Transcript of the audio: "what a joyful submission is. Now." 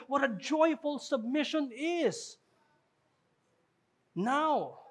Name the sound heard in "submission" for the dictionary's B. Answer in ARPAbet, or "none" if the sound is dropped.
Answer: B